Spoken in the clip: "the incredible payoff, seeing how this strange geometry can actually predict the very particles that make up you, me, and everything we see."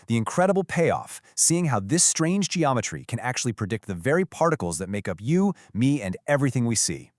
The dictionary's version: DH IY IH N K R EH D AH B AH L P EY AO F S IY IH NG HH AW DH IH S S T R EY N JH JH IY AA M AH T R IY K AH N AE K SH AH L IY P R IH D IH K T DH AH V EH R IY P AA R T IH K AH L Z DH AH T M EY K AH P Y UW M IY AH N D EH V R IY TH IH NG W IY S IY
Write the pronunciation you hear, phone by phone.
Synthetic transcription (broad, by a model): DH IY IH N K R EH D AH B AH L P EY AO F S IY IH NG HH AW DH IH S S T R EY N JH JH IY AA M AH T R IY K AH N AE K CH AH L IY P R IH D IH K T DH AH V EH R IY P AA R T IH K L Z DH AH T M EY K AH P Y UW M IY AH N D EH V R IY TH IH NG W IY S IY